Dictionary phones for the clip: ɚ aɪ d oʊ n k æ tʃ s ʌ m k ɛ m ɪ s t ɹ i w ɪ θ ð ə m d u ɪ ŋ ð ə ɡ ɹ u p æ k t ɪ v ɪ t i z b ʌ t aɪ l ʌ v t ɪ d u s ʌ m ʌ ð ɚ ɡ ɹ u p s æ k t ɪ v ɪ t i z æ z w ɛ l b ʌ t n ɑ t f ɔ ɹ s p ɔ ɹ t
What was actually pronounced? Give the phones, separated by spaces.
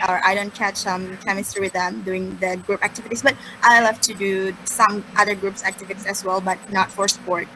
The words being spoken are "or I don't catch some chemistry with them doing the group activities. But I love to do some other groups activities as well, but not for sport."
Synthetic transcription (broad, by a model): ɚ aɪ d oʊ n k æ tʃ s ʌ m k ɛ m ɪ s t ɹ w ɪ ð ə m d u ɪ ŋ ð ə ɡ ɹ u p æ k t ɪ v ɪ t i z b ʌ t aɪ l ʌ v t ɪ d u s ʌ m ʌ ð ɚ ɡ ɹ u p s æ k t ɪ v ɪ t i s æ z w ɛ l b ʌ t n ɑ t f ɔ ɹ s p ɔ ɹ t